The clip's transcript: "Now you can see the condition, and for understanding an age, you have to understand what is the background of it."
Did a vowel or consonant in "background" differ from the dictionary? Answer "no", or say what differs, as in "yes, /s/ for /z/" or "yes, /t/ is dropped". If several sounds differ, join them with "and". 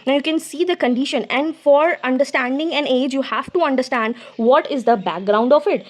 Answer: no